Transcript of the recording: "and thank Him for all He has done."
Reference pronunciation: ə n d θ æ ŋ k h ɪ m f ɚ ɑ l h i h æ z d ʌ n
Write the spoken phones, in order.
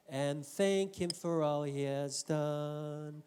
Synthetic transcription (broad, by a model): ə n θ æ ŋ k h ɪ m f ɚ ɑ l h i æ z d ʌ n